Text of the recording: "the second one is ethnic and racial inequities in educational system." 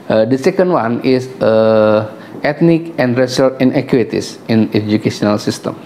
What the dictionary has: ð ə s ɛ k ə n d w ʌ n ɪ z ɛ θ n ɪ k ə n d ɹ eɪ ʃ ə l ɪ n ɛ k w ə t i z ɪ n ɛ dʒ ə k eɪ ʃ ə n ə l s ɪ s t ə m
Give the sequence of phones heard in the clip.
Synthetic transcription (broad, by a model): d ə s ɛ k ə n d w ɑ n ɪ s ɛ t n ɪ k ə n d ɹ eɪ s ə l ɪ n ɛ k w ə t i s ɪ n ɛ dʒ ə k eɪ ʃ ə n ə l s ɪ s t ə m